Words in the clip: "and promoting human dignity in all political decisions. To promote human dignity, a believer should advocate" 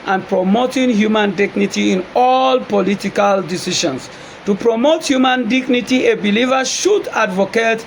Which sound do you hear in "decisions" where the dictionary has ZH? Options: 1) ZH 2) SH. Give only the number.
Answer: 2